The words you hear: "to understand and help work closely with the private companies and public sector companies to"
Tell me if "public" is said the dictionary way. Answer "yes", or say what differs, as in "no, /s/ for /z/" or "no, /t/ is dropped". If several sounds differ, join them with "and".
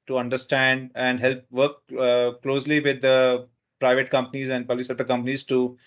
no, /b/ is dropped